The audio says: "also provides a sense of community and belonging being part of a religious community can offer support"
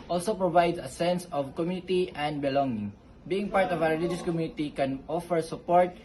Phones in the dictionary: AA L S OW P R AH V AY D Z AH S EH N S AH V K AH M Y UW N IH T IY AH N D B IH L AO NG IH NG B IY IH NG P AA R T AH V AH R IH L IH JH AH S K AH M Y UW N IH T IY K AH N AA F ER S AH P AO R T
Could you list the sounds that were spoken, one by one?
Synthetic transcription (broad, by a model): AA L S OW P R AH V AY D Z AH S EH N S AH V K AH M Y UW N IH T IY AH N D B IH L AO NG IH NG B IY IH NG P AA R T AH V AH W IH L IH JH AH S K AH M Y UW N IH T IY K AH N AA F ER S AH P AO R T